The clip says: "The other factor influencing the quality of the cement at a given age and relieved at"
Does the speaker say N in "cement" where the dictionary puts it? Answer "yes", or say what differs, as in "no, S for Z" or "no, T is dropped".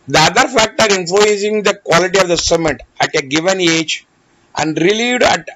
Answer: no, N is dropped